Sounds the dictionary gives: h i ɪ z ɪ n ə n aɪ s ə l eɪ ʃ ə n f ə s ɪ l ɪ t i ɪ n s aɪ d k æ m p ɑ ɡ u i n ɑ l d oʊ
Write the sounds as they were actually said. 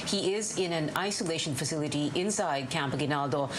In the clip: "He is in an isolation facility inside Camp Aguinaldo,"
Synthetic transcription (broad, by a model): h i ɪ z ɪ n ə n aɪ s ə l eɪ ʃ ə n f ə s ɪ l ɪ t i ɪ n s aɪ d k æ m p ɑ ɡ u n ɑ l d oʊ